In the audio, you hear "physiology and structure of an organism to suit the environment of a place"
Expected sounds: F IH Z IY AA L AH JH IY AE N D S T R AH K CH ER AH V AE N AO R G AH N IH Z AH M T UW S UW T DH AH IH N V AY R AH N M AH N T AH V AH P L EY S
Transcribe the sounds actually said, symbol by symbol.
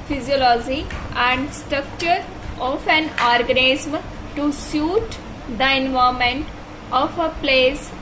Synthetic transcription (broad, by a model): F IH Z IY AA L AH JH IY AE N D S T R AH K CH ER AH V AE N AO R G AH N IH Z M T UW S UW T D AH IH N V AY AH M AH N T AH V AH P L EY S